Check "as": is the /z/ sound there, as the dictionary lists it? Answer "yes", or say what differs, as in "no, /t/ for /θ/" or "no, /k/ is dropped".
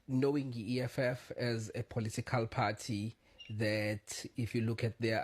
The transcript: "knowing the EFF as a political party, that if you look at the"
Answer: yes